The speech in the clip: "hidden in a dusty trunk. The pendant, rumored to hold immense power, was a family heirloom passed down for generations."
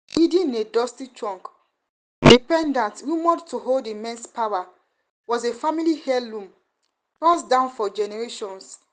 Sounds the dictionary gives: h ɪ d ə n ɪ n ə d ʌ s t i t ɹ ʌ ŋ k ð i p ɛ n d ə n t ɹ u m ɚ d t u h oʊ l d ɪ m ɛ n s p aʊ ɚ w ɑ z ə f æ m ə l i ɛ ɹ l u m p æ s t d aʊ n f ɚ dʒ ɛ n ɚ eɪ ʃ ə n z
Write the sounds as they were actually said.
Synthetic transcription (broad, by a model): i d ɪ n ə d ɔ s t i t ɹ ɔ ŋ k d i p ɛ n d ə n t w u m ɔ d t u h oʊ l d ɪ m ɛ n s p aʊ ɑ w ɑ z ə f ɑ m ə l i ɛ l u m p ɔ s d aʊ n f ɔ dʒ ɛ n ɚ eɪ ʃ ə n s